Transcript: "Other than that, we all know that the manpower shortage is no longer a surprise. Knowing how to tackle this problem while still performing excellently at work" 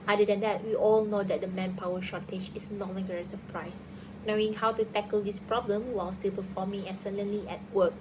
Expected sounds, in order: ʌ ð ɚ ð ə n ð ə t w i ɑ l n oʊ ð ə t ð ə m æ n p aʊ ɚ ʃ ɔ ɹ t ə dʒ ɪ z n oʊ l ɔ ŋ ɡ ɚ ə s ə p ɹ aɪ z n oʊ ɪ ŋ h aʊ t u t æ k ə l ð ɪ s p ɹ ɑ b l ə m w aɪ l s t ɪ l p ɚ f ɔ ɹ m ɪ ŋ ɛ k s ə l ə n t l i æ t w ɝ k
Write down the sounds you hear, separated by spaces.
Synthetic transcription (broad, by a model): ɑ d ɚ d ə n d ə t w i ɑ l n oʊ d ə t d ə m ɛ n p aʊ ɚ ʃ ɔ t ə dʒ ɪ s n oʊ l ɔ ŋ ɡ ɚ ə s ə p ɹ aɪ s n oʊ ɪ ŋ h aʊ t u t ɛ k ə l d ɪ s p ɹ ɑ b l ə m w aɪ l s t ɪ l p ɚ f ɔ m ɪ ŋ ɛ s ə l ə n l i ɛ t w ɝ k